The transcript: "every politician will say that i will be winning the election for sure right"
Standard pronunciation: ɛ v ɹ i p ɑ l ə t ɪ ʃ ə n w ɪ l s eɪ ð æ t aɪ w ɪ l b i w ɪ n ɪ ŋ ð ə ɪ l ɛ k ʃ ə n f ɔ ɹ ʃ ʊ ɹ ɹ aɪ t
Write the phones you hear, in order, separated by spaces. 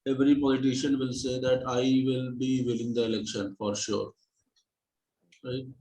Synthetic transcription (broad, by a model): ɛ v ɹ i p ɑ l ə t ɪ ʃ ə n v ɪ l s eɪ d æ t aɪ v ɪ l b i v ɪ l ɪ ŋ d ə ɪ l ɛ k ʃ ə n f ɔ ɹ ʃ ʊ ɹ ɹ t